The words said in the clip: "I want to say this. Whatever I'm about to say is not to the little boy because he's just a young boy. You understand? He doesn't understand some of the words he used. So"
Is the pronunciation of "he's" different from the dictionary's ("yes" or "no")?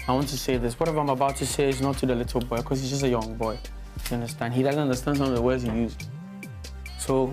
no